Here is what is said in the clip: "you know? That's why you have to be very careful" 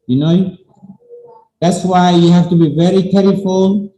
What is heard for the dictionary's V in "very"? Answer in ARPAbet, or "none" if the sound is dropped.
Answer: V